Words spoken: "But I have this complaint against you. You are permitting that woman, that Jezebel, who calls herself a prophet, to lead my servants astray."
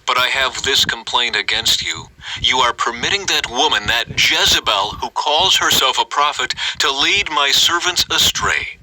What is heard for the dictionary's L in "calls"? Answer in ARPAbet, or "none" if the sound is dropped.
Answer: L